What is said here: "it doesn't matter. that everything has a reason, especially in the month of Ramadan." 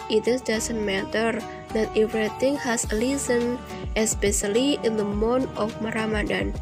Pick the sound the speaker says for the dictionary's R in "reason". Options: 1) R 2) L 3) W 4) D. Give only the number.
2